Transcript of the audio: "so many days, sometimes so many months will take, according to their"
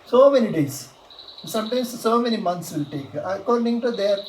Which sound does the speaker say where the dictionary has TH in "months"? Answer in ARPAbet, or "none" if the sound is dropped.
T